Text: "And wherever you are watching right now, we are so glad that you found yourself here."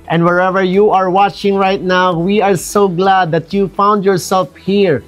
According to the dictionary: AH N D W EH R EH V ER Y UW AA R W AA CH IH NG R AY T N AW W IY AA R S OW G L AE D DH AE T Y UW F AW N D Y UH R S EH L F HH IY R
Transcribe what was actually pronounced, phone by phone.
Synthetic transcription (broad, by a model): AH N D W EH R EH V ER Y UW AA R W AA CH IH NG R AY T N AW W IY AA R S OW G L AE D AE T Y UW F AW N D Y UH R S EH L F HH IY R